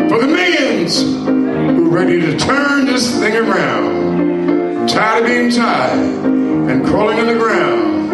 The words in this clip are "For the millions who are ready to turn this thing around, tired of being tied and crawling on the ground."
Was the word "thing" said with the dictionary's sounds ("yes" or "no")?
yes